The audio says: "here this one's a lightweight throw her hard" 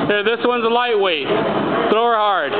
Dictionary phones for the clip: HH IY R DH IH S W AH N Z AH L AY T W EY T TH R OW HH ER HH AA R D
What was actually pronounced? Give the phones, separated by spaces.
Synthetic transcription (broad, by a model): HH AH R DH IH S W AH N Z AH L AY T W EY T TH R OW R HH AA R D